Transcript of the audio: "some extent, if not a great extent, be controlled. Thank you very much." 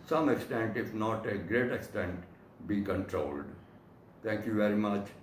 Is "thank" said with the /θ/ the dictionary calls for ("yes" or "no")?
no